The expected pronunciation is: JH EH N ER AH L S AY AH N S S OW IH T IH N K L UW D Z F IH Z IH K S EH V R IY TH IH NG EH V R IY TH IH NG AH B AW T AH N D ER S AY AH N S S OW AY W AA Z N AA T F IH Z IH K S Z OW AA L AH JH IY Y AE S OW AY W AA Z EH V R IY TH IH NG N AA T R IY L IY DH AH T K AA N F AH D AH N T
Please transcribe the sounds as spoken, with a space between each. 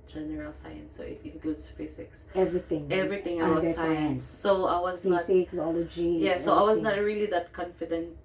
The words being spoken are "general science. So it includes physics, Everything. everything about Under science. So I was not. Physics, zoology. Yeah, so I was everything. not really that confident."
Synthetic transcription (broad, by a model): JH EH N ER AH L S AY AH N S S OW IH T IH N K L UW D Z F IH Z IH K S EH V R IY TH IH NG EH V R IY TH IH NG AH AW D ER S AY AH N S S OW AY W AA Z N AA T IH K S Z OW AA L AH JH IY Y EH S OW AY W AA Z N AA T R IY L IY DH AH T K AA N F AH D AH N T